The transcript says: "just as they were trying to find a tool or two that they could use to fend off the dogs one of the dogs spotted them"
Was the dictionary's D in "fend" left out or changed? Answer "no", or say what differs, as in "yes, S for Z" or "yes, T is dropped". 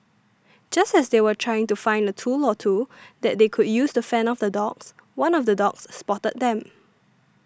yes, D is dropped